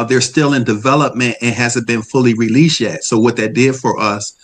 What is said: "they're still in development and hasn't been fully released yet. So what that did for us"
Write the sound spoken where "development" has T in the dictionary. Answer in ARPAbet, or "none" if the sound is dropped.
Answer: T